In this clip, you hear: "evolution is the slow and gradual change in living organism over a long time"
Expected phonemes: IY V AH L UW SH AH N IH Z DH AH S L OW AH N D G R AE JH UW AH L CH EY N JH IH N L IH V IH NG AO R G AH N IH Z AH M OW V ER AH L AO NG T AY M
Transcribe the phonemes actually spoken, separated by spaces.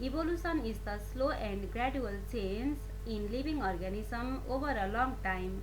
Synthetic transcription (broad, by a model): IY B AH L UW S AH N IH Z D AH S L OW AH N D G R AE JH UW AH L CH EY N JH IH N L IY B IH NG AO R G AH N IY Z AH M OW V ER AH L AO NG T AY M